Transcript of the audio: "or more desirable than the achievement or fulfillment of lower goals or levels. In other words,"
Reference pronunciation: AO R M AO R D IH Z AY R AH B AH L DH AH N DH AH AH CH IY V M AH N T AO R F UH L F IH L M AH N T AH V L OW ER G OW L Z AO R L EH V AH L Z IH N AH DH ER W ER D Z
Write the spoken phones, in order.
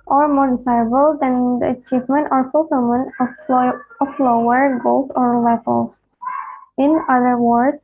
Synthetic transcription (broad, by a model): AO R M AO R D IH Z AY AH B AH L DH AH N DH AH AH CH IY V M AH N T AO R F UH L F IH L M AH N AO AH F L OW ER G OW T AO R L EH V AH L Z IH N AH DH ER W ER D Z